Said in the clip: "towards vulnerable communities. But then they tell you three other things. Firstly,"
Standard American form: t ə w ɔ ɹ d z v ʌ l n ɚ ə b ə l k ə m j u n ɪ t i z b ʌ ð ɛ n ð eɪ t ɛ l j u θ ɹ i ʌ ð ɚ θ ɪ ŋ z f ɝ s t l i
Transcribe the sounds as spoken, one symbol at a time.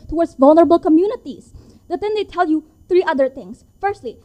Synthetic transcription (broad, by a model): t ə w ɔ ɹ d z v ʌ l n ɚ ə b ə l k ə m j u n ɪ t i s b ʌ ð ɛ n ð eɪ t ɛ l j u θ ɹ i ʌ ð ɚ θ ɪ ŋ s f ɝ s t l i